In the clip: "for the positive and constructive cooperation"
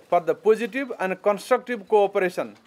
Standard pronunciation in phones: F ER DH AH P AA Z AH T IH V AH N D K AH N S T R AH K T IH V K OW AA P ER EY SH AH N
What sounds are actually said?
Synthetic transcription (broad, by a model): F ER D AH P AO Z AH T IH B AH N D K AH N S T R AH K T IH B K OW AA P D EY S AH N